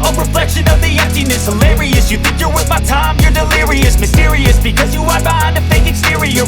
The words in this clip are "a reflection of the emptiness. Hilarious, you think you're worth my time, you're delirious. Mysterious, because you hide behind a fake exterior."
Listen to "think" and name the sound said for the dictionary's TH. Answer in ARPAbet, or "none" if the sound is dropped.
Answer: TH